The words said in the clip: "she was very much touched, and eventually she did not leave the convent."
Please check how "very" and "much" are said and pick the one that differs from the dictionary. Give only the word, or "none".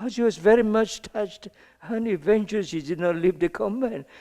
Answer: none